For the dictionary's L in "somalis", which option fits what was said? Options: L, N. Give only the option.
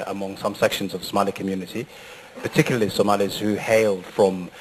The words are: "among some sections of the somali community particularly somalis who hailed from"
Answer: L